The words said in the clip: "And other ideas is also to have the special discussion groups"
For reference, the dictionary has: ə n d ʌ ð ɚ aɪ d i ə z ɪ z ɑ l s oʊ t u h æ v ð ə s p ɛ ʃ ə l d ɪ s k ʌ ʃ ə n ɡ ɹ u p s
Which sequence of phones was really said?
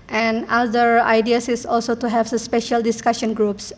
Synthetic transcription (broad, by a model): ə n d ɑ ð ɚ aɪ d i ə s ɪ s ɑ l s oʊ t u h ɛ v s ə s p ɛ ʃ ə l d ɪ s k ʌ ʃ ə n ɡ ɹ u p s